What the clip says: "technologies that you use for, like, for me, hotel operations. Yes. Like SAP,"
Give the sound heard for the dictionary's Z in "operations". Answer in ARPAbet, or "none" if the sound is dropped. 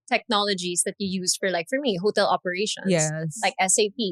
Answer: none